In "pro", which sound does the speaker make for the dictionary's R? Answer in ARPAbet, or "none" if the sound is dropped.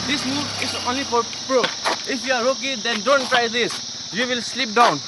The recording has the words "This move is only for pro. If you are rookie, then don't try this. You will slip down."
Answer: R